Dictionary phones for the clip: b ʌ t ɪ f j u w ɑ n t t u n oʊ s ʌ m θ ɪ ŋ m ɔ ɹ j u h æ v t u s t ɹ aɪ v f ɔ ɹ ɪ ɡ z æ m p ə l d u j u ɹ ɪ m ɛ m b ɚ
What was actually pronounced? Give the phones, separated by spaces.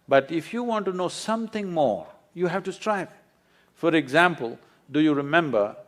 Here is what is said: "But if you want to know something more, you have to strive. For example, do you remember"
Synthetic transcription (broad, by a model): b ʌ t ɪ f j u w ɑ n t t u n oʊ s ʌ m t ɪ ŋ m ɔ ɹ j u h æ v t u s t ɹ aɪ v f ɔ ɹ ɪ ɡ z æ m p ə l d u j u ɹ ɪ m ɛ m b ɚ